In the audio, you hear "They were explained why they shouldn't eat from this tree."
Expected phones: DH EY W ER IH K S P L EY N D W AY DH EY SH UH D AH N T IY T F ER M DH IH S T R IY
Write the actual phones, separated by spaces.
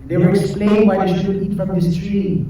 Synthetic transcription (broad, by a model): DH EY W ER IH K S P L EY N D W AY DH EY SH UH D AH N IY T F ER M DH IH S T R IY